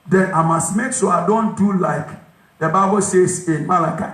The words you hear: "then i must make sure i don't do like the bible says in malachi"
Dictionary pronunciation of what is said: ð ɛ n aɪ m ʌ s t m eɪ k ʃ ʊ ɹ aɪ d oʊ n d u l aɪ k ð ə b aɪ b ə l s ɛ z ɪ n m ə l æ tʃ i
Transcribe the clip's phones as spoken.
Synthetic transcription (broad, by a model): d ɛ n aɪ m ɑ s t m eɪ k s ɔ aɪ d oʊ n d u l aɪ k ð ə b aɪ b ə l s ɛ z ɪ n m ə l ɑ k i